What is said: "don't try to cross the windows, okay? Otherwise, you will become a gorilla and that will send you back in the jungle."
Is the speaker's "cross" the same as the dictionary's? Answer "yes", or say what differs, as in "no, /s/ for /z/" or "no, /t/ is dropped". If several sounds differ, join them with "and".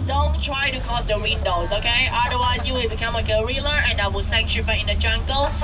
no, /ɹ/ is dropped